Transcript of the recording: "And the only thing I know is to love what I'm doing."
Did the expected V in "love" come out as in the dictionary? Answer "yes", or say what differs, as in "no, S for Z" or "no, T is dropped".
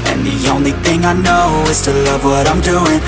yes